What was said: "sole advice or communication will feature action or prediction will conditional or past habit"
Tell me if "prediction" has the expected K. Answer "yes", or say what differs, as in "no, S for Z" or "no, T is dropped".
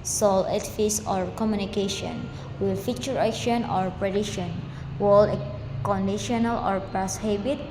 no, K is dropped